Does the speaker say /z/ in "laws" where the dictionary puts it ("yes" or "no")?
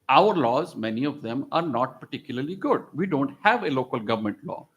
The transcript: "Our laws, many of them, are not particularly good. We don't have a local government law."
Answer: yes